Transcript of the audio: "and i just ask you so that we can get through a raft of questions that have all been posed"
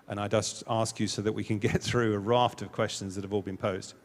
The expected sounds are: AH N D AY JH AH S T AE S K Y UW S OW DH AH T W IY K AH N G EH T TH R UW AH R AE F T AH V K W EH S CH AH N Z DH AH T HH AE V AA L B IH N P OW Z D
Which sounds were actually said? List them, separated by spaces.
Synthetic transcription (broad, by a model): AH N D AY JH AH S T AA S K Y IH S OW DH AH T W IY K AH N G EH T TH R UW AH R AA F T AH V K W EH S CH AH N Z DH AH T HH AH V AA L B IH N P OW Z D